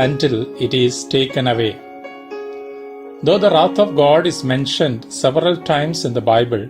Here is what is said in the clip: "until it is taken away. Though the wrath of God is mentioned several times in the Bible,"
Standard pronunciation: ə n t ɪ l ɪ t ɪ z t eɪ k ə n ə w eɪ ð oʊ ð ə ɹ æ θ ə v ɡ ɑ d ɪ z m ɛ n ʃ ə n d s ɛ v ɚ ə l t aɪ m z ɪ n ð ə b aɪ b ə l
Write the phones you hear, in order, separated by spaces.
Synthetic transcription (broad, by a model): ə n t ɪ l ɪ t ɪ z t eɪ k ə n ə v eɪ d oʊ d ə ɹ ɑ t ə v ɡ ɑ d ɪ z m ɛ n ʃ ə n d s ɛ v ɚ ə l t aɪ m s ɪ n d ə b aɪ b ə l